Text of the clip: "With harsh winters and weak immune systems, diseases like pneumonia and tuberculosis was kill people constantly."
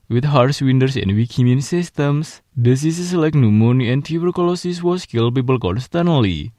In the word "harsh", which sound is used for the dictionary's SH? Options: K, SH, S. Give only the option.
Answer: S